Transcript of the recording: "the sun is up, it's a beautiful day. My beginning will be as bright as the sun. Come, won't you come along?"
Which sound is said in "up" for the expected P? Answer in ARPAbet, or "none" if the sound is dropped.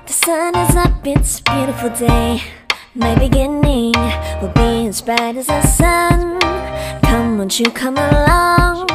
B